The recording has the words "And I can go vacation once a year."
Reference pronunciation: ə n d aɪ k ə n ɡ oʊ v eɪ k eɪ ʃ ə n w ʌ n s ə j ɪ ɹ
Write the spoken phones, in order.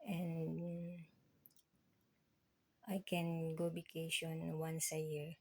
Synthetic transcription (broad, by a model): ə n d aɪ k ə n ɡ oʊ b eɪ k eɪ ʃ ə n w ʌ n s ə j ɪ ɹ